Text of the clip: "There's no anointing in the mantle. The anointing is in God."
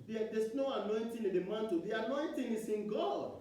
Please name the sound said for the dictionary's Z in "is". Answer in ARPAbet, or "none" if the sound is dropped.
S